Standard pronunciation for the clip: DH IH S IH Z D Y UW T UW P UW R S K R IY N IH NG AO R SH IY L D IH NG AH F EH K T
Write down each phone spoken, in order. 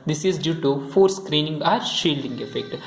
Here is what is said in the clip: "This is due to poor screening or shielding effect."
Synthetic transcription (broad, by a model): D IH S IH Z D Y UW T UW F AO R S K R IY N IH NG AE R SH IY L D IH NG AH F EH K T